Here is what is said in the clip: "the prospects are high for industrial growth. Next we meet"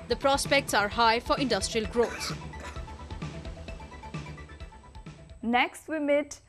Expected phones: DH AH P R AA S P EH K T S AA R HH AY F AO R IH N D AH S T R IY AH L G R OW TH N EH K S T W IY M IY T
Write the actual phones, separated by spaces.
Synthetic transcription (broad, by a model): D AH P R AA S P EH K T S AA R HH AY F AO R IH N D AH S T R IY AH L G R OW S N EH K S T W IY M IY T